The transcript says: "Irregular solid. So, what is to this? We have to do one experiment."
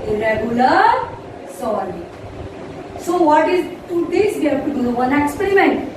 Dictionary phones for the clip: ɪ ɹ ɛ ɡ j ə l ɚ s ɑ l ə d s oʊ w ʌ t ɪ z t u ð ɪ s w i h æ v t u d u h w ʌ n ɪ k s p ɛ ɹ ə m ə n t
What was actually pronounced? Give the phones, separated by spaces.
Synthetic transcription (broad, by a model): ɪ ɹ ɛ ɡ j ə l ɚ s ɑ w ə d s oʊ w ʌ t ɪ z t u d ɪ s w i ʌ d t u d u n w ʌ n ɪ k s p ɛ ɹ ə m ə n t